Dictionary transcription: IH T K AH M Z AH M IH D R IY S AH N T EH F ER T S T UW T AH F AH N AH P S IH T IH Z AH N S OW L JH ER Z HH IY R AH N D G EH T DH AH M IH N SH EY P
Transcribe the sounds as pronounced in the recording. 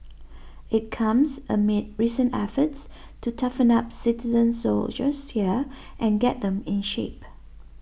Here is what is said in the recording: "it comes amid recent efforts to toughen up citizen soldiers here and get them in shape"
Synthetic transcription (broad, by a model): IH T K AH M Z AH M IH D R IY S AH N EH F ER T S T UW T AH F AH N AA P S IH T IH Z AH N S OW L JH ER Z HH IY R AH N G EH T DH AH M IH N SH EY P